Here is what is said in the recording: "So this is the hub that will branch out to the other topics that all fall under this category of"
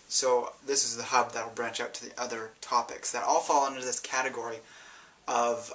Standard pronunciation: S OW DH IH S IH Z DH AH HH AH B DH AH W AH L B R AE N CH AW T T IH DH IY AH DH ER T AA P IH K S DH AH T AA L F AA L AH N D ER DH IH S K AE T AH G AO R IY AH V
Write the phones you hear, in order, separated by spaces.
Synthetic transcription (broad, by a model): S OW DH IH S IH Z DH AH HH AH B DH AH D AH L B R AE N CH AW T T IH DH IY AH DH ER T AA P IH K S DH AH T AA L F AA L AH N D ER DH IH S K AE T AH G AO R IY AH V